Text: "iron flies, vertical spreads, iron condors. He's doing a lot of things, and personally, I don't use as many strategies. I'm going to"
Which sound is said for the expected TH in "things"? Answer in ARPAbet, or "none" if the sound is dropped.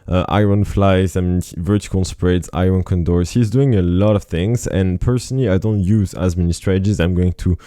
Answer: TH